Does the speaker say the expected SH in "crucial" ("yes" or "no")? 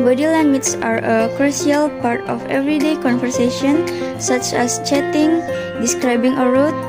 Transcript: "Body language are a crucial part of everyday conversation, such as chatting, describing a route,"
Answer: no